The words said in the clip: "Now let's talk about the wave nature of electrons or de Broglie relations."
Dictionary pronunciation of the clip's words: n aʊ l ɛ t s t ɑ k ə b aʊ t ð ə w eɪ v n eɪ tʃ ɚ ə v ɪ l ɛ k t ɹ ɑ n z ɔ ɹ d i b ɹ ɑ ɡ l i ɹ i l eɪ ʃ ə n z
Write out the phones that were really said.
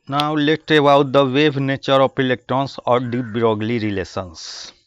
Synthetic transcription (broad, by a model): n aʊ l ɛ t t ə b aʊ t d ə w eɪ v n eɪ tʃ ɚ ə p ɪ l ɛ k t ɹ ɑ n s ɔ ɹ d i b ɹ ɑ ɡ l i ɹ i l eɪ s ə n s